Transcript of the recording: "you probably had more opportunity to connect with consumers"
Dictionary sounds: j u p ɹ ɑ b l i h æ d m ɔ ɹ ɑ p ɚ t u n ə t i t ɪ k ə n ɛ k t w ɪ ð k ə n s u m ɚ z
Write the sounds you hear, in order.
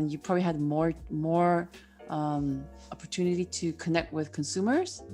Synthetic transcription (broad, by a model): j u p ɹ ɑ b l i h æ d m ɔ ɹ ɑ p ɚ t u n ə t i t ɪ k ə n ɛ k t w ɪ ð k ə n s u m ɚ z